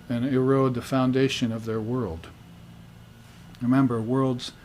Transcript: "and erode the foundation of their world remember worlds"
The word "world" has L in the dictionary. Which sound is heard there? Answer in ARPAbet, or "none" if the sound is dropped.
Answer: L